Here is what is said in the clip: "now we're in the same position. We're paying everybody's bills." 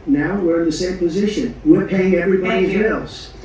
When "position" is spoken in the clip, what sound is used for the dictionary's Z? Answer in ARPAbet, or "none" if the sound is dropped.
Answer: Z